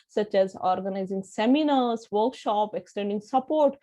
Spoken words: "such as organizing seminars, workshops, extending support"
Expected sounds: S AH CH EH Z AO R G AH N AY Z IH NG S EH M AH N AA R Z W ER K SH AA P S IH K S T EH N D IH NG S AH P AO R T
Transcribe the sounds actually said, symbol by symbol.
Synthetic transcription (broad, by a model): S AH CH EH Z AO R G AH N AY Z IH NG S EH M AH N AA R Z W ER K SH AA P IH K S T EH N D IH NG S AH P AO R T